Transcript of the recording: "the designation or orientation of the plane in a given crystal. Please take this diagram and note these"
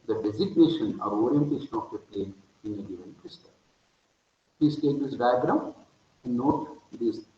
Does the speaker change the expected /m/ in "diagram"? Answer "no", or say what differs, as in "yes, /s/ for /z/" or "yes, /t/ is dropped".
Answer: yes, /m/ is dropped